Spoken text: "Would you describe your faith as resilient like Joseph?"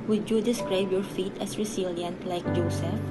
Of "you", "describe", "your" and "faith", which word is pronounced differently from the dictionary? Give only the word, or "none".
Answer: faith